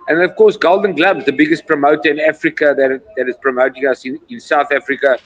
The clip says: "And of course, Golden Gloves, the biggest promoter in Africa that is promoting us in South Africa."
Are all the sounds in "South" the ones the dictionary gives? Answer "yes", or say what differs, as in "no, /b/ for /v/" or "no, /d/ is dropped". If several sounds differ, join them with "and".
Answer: yes